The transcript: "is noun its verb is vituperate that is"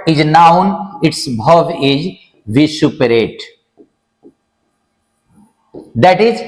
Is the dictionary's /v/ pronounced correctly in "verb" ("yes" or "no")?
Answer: no